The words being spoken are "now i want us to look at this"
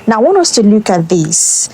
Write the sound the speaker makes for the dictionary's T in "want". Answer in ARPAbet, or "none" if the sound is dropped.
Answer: none